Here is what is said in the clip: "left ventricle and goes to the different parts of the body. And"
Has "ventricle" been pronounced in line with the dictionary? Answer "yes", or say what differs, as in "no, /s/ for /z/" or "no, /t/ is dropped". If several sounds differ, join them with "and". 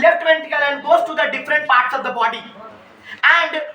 no, /ɹ/ is dropped